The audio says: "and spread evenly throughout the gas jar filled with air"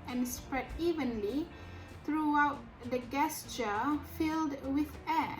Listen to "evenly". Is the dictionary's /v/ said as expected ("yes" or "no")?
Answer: yes